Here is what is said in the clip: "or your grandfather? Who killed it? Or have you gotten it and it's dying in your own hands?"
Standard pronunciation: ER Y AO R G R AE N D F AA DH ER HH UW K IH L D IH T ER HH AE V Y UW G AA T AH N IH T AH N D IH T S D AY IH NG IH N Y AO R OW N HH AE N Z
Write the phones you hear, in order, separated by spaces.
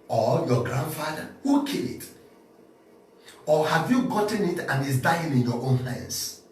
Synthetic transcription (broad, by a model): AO Y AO G R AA N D F AA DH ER HH UW K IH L IH T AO HH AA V Y UW G AA T AH N IH T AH N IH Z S D AY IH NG IH N Y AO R OW N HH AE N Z